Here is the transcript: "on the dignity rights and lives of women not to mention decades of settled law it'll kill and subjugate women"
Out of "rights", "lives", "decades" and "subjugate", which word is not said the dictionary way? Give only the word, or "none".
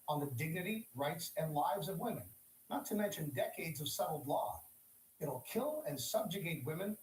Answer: none